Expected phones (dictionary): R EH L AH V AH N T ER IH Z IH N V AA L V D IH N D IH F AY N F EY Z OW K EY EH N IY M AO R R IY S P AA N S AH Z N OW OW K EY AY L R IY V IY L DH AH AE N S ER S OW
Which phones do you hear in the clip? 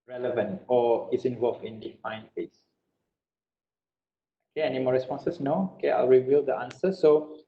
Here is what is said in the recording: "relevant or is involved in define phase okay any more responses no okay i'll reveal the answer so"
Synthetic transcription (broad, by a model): R EH L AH V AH N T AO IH S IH N V AA L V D IH N D IH F AY N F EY S OW K EY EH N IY M AO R R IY S P AA N S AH S N OW OW K EY AY L R IY V IY L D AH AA N S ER S OW